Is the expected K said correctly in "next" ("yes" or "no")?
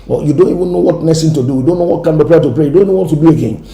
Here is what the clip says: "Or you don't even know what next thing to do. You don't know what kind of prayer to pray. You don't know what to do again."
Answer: no